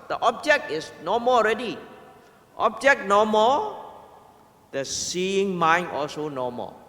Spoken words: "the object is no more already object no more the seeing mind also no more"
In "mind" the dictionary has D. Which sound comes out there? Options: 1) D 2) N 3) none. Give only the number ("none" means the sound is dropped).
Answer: 3